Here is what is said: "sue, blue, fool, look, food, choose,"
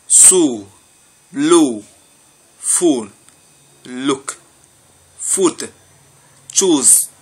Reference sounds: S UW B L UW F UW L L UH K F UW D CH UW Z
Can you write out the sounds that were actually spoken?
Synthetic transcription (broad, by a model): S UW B L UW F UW N L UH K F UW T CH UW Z